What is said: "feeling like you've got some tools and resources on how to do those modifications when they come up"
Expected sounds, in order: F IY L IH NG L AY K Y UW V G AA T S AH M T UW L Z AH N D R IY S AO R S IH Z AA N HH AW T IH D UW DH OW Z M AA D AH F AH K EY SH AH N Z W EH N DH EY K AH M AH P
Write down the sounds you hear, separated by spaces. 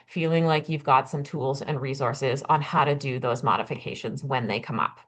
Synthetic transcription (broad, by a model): F IY L IH NG L AY K Y UW V G AA T S AH M T UW L Z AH N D R IY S AO R S IH Z N HH AW T IH D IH DH OW Z M AA D AH F AH K EY SH AH N Z W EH N DH EY K AH M AH P